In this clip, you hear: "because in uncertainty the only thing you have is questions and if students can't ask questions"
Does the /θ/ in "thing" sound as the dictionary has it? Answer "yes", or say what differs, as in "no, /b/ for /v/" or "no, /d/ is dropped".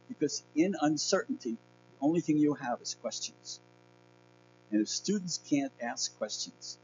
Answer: yes